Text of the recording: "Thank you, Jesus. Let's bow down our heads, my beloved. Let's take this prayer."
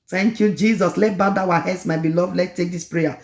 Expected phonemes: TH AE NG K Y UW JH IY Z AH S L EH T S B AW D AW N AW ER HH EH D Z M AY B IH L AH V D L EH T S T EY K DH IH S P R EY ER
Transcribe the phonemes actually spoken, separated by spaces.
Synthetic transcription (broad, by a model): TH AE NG K Y UW JH IY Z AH S L EH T B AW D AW AW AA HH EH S M AY B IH L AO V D L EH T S T EY K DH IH S P R EY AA